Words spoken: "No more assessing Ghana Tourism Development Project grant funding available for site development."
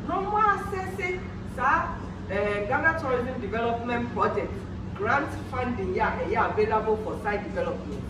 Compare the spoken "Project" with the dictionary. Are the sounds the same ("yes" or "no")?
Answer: no